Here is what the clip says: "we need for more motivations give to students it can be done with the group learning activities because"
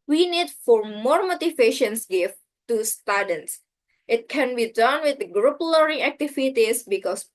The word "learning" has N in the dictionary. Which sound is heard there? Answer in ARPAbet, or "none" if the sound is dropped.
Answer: none